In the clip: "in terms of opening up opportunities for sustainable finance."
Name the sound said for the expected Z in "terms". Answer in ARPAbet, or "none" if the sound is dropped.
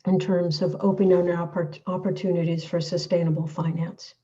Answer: Z